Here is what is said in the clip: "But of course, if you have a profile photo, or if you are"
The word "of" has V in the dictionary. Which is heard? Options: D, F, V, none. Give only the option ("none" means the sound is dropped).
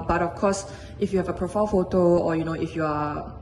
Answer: F